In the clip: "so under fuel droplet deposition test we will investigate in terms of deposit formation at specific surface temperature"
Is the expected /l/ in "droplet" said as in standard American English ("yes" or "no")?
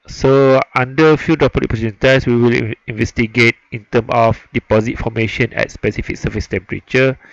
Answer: no